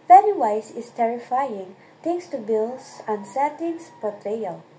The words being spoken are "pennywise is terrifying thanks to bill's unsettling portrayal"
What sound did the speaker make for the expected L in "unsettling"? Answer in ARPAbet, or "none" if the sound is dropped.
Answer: none